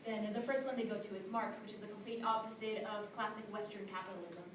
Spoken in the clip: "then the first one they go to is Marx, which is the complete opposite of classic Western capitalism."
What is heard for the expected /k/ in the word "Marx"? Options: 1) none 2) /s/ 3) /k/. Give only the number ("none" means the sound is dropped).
3